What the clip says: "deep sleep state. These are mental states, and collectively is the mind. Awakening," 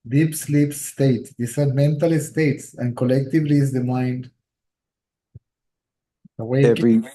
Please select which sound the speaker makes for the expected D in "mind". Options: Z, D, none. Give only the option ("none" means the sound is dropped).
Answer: D